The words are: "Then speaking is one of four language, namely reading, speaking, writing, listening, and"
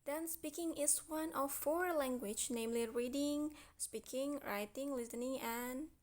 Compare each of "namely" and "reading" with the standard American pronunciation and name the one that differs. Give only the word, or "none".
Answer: none